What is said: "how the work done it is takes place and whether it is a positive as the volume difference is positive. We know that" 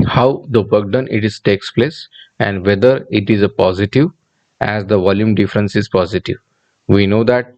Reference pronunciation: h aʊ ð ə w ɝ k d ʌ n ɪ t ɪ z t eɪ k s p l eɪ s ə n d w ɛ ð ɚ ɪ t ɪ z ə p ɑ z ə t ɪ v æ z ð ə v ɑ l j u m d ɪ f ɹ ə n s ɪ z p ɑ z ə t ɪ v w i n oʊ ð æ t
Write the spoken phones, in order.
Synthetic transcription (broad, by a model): h aʊ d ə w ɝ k d ʌ n ɪ t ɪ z t eɪ k s p l eɪ s ə n d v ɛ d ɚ ɪ t ɪ z ə p ɑ z ə t ɪ v æ z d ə v ɑ l j u m d ɪ f ɹ ə n s ɪ z p ɑ z ə t ɪ v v i n oʊ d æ t